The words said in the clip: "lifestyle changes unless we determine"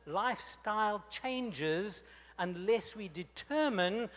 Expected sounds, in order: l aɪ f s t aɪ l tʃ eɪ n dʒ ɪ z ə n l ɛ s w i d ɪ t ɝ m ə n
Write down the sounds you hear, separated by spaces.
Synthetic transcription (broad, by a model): l aɪ f s t aɪ l tʃ eɪ n dʒ ɪ z ə n l ɛ s w i d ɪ t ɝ m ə n